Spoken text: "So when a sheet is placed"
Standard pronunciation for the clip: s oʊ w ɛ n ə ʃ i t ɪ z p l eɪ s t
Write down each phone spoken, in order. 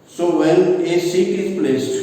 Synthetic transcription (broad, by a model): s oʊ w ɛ l ə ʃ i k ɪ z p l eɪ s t